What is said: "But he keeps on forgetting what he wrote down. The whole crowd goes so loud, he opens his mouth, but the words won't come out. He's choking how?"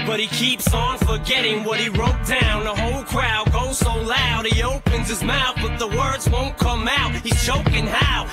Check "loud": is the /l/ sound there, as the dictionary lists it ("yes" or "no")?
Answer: yes